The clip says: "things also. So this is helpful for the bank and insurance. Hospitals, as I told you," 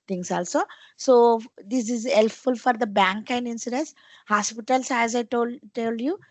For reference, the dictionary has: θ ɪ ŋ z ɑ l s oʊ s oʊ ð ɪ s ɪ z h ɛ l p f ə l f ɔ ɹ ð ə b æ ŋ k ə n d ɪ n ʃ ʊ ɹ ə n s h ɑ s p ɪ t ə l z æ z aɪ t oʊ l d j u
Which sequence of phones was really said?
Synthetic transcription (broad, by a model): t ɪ ŋ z ɑ l s oʊ s oʊ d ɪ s ɪ z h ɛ l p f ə l f ɔ ɹ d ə b æ ŋ k ə n d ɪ n s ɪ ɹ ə n s h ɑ s p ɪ t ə l s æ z aɪ t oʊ l d j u